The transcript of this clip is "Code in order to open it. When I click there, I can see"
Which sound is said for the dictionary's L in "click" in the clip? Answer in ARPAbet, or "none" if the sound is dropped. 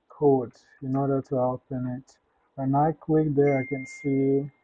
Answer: W